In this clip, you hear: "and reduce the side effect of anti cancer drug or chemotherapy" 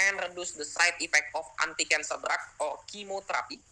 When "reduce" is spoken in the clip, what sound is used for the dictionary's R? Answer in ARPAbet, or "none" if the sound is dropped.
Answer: R